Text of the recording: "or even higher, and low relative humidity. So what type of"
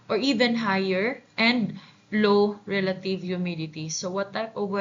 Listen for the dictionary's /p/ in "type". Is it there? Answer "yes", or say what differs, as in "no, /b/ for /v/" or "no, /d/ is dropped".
no, /p/ is dropped